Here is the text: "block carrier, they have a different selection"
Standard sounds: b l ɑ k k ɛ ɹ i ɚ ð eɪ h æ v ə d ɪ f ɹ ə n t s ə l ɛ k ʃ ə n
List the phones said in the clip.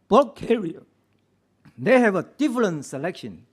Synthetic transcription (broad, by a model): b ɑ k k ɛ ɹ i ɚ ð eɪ h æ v ə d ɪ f l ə n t s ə l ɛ k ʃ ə n